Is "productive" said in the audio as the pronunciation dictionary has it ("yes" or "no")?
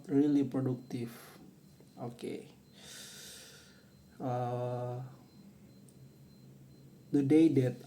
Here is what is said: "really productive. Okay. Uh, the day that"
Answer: no